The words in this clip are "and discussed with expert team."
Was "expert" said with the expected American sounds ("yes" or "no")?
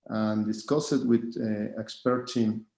yes